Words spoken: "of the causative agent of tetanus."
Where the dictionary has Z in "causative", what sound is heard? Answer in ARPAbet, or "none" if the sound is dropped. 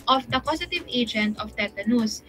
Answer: S